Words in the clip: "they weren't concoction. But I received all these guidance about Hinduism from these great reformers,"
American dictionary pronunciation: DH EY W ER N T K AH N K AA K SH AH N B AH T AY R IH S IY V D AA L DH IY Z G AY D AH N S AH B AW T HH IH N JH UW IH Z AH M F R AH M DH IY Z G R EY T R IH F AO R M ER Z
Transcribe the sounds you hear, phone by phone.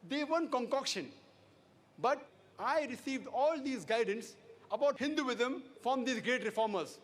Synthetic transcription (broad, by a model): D EY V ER N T K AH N K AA K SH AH N B AH T AY R IH S IY V D AA L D IY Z G AY D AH N S AH B AW T HH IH N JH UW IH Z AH M F R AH M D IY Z G R EY T R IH F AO R M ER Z